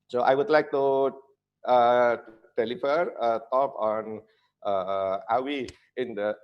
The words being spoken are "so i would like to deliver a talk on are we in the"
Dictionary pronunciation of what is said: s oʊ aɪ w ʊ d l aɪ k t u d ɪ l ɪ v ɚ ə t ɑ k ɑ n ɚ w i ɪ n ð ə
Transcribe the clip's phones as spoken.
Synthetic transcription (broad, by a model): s oʊ aɪ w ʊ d l aɪ k t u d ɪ l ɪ f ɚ ə t ɑ k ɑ n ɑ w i ɪ n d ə